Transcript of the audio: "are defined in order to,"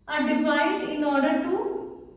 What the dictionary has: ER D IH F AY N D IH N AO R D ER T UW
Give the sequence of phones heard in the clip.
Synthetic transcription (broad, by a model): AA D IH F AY D IH N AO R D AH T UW